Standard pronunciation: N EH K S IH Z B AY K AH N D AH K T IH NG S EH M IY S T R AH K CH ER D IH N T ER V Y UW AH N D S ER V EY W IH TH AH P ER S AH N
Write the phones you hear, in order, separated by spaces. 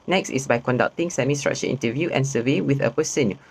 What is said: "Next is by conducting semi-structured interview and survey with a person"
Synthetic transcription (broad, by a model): N EH K S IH S B AY K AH N D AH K T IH NG S EH M IY S T R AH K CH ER IH N T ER V Y UW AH N S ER V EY W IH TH AH P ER S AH N